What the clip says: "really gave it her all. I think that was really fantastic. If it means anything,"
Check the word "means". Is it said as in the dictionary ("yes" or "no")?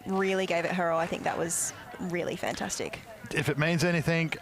yes